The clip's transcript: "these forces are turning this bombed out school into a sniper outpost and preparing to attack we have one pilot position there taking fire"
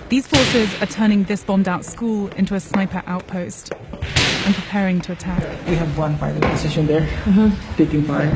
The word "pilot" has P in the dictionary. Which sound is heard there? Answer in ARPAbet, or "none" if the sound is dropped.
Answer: F